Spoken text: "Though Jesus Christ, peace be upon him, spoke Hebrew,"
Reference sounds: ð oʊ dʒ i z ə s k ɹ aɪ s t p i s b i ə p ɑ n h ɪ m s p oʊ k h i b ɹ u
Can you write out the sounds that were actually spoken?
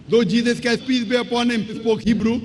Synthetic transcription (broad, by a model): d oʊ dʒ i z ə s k aɪ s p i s b i ə p ɑ n h ɪ m s p oʊ k h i b ɹ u